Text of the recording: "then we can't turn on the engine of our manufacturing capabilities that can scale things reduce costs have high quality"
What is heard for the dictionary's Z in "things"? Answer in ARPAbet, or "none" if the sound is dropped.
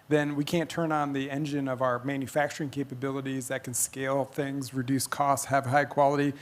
Z